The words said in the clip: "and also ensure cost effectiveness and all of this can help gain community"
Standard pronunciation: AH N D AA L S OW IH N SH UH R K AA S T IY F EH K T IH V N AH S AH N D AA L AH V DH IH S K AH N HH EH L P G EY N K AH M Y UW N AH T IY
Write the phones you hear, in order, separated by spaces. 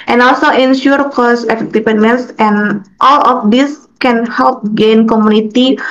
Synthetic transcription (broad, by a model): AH N AA L S OW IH N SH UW R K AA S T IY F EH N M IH N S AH N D AA L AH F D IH S K AH N HH EH L P G EY N K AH M UW N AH T IY